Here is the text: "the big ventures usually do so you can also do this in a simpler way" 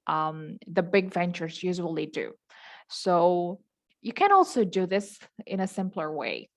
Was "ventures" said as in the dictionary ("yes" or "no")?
yes